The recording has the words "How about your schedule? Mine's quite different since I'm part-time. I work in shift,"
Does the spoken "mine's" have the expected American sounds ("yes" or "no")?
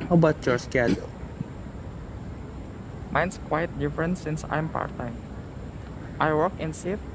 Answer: no